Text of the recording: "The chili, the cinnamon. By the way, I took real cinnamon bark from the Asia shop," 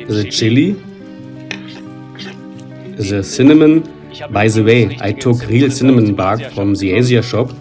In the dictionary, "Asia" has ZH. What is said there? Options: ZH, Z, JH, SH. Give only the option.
Z